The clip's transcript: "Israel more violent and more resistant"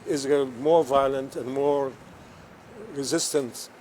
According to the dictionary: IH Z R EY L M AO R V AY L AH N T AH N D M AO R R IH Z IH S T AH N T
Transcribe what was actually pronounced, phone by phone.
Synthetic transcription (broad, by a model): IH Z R M AO R V AY L AH N T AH N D M AO R R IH Z IH S T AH N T